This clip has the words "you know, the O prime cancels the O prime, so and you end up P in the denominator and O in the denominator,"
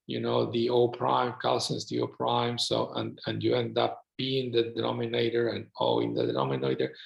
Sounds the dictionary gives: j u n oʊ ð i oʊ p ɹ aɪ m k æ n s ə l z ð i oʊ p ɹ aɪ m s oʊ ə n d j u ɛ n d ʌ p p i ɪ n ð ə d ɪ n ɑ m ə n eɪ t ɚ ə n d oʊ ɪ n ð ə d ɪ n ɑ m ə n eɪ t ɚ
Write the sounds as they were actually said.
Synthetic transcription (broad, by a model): j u n oʊ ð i oʊ p ɹ aɪ m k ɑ l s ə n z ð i oʊ p ɹ aɪ m s oʊ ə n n j u ɛ n d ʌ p b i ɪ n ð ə d ɪ n ɑ m ə n eɪ t ɚ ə n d oʊ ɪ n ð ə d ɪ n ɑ m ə n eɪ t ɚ